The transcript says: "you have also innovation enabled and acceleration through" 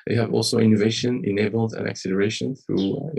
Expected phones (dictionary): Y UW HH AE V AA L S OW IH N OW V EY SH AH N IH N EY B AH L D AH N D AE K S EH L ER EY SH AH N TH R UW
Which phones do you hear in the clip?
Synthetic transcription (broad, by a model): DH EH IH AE V AA L S OW IH N OW V EY SH AH N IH N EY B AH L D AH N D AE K S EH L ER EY SH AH N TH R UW